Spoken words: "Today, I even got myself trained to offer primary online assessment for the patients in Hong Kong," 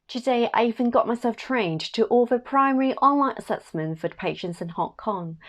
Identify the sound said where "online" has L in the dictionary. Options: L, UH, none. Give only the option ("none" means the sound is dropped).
L